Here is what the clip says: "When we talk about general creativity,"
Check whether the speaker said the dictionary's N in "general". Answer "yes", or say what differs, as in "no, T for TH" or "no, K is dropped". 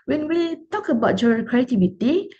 no, N is dropped